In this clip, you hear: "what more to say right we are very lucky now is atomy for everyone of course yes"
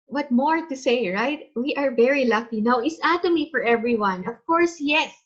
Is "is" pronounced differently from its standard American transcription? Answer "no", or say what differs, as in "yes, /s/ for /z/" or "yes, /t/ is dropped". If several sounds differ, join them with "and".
yes, /s/ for /z/